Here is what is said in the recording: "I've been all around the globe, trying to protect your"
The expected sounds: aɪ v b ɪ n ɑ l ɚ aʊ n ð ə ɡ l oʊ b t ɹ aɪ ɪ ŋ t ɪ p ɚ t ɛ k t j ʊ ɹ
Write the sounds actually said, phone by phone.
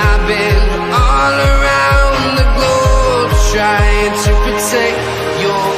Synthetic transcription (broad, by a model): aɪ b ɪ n ɑ l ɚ aʊ n ð ə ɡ oʊ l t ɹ aɪ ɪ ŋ t ɪ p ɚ t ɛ k j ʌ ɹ